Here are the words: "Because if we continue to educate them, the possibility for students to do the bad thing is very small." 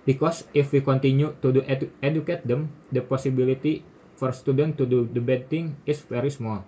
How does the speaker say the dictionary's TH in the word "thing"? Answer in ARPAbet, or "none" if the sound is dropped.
T